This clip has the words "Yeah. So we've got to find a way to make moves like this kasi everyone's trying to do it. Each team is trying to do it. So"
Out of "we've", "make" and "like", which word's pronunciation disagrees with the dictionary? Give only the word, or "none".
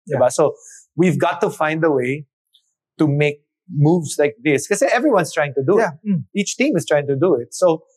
none